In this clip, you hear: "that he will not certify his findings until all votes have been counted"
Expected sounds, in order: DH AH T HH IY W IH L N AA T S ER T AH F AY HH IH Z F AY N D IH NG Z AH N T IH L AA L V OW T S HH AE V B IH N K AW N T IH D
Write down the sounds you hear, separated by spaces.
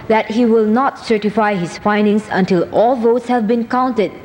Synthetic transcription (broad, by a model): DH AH T HH IY W IH L N AA T S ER T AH F AY HH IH S F AY N D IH NG S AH N T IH L AA L V OW T S HH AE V B IH N K AW N T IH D